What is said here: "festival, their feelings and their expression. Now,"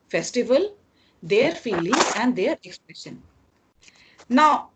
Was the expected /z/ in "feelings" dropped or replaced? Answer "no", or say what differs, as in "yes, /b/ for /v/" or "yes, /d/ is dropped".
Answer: yes, /z/ is dropped